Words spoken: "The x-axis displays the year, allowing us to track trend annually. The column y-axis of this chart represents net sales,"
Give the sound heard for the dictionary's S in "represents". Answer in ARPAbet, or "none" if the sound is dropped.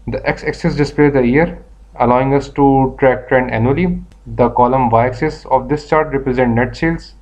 none